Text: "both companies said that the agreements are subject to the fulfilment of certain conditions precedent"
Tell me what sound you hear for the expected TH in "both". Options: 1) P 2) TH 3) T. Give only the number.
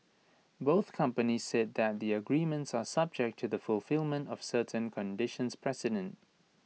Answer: 2